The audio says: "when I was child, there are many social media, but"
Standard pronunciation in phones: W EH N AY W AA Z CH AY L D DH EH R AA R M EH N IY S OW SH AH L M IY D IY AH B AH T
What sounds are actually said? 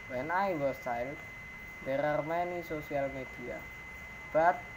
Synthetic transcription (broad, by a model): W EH N AY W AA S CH AY L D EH R AA R M EH N IY S OW S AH L M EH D IY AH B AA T